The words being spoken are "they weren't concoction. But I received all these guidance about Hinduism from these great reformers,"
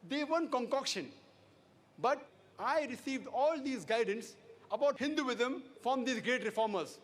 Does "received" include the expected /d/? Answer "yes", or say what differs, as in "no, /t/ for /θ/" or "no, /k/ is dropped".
yes